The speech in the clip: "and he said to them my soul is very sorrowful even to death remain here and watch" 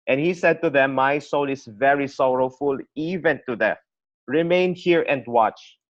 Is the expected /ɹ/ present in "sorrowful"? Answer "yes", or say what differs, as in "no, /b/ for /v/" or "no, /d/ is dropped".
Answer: yes